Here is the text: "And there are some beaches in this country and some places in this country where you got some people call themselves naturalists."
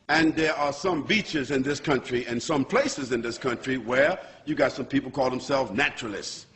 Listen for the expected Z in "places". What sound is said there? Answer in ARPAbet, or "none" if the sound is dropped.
Z